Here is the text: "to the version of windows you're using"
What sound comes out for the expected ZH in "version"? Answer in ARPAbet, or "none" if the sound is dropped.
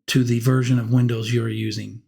ZH